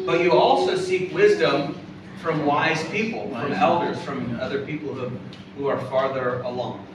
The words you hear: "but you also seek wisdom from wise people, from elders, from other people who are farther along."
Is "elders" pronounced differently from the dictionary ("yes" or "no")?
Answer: no